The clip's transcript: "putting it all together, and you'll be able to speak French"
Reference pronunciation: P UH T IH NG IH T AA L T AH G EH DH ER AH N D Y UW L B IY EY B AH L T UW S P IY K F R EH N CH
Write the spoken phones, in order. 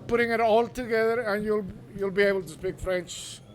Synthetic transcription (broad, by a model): P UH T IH NG IH T AA L T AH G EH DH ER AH N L Y UW L B IY EY B AH L T UW S P IY K F R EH N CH